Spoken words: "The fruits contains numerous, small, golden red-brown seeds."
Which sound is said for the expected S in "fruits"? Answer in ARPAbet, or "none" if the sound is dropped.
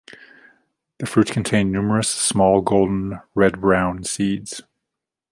none